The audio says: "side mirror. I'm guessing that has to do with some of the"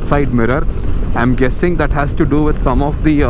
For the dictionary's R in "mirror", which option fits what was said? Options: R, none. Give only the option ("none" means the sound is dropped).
R